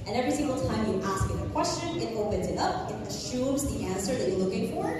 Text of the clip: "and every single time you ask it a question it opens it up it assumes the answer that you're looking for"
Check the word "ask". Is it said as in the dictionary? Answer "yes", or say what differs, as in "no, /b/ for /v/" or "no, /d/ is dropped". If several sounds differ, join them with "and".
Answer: yes